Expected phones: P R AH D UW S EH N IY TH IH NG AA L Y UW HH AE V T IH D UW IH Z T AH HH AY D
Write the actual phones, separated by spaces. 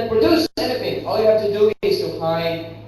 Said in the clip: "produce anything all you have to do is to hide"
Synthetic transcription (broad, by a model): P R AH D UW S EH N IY F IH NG AA L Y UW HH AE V T IH D UW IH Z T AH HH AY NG